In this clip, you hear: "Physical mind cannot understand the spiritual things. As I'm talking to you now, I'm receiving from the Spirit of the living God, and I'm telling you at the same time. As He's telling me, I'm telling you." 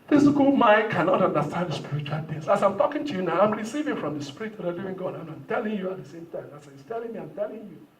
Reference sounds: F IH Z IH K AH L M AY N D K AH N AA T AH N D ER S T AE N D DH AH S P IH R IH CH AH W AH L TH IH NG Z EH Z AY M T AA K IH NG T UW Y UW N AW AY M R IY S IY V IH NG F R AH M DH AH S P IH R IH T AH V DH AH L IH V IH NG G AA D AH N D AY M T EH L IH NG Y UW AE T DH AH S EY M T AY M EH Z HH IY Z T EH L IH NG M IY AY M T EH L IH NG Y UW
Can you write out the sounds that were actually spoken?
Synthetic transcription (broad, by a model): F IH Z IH K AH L M AY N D K AH N AA T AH N D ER S T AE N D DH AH S P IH R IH CH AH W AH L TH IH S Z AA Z AY M T AA K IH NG T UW Y UW N AW AY M R IY S IY V IH NG F R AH M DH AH S P IH R IH T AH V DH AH L IH V IH NG G AA D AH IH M AY M T EH L IH NG Y UW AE T DH AH S EY M T AY M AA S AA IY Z T EH L IH NG M IY AY M T EH L IH NG Y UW